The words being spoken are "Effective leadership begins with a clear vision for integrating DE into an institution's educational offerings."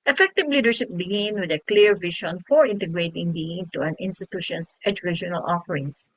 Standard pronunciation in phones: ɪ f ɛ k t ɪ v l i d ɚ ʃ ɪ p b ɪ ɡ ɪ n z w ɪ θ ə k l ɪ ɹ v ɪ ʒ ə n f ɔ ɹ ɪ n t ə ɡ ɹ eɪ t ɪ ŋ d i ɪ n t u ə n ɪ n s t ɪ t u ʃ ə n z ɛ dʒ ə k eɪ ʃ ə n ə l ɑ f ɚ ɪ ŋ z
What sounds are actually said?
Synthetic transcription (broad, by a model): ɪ f ɛ k t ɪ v l i d ɚ ʃ ɪ p b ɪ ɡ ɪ n w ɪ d ə k l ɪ ɹ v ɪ ʃ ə n f ɔ ɹ ɪ n t ə ɡ ɹ eɪ t ɪ ŋ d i ɪ n t u ə n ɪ n s t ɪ t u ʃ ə n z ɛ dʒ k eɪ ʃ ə n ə l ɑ f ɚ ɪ ŋ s